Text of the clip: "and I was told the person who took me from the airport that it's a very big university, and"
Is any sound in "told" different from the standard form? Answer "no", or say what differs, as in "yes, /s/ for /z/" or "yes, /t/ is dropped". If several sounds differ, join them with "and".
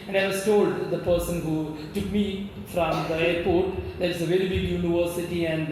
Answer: no